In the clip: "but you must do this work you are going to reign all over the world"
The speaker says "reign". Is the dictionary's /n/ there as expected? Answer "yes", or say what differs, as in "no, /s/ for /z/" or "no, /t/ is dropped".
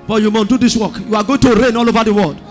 yes